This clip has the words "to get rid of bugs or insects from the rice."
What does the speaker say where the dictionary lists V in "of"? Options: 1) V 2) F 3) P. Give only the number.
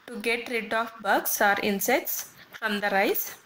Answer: 2